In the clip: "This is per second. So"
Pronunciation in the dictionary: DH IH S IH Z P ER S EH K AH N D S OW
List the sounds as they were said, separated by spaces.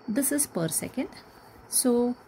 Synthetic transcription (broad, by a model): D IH S IH Z P ER S EH K AH N D S OW